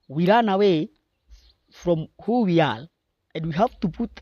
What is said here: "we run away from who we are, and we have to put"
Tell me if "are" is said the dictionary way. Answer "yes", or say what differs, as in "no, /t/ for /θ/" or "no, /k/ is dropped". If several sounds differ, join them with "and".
no, /l/ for /ɹ/